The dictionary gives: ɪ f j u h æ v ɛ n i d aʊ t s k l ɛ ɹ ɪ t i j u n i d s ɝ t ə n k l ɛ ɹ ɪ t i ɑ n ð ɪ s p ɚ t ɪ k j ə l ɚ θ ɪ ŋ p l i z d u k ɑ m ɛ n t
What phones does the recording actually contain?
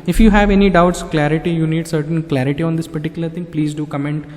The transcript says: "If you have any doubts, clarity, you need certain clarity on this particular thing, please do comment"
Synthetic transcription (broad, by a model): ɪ f j u h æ v ɛ n i d aʊ t s k l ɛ ɹ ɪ t i j u n i d s ɝ t ə n k l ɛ ɹ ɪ t i ɑ n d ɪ s p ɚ t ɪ k j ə l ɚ t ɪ ŋ p l i z d u k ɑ m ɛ n t